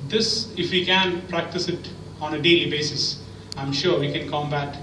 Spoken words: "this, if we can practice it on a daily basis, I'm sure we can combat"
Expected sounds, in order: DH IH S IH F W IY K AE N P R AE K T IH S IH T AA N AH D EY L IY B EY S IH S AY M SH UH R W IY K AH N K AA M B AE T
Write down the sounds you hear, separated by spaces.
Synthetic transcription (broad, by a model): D IH S IH F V IY K AE N P R AE K T IH S IH T AA N AH D EY L IY B EY S IH S AY M SH UH R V IY K AH N K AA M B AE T